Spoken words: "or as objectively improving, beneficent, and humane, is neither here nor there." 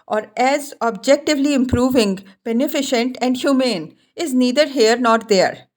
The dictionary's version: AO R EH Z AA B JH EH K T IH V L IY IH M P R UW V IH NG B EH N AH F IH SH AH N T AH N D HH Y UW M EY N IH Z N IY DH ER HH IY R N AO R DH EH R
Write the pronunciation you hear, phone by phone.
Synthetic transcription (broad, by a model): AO R EH Z AA B JH EH K T IH V L IY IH M P R UW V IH NG B EH N AH F IH SH AH N T AH N D HH Y UW M EY N IH Z N IY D ER HH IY R N AO R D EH R